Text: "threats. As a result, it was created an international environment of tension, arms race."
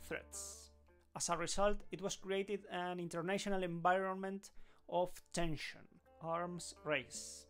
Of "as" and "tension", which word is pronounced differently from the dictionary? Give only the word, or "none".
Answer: as